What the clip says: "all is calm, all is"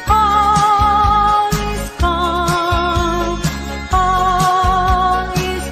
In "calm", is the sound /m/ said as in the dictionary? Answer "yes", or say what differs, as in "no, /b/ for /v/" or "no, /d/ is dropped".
no, /m/ is dropped